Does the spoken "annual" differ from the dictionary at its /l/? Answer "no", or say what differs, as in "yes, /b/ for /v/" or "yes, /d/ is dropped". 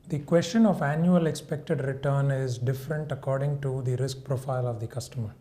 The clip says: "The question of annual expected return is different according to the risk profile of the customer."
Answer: no